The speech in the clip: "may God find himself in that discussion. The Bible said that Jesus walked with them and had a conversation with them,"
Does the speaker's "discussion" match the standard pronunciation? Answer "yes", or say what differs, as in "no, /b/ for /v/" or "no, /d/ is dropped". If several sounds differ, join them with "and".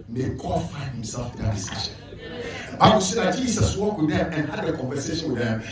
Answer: no, /k/ is dropped